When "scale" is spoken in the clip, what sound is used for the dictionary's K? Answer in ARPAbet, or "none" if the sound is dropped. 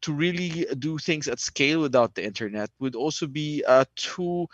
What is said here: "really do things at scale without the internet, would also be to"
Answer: K